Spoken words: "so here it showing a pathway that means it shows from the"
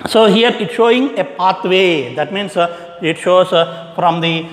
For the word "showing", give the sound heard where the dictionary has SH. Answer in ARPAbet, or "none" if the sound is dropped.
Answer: SH